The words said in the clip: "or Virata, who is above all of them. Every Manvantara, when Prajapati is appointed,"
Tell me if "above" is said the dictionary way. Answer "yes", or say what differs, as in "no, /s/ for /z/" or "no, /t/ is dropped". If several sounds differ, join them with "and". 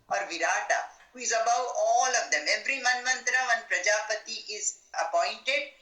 no, /w/ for /v/